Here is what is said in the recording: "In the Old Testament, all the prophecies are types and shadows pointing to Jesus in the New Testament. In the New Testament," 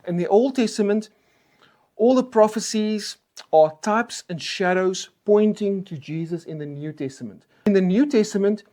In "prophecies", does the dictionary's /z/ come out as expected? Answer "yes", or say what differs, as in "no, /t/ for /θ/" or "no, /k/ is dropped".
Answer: yes